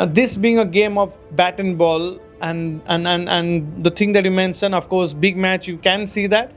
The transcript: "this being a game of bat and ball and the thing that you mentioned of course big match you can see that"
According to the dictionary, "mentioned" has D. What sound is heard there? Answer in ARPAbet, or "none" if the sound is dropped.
none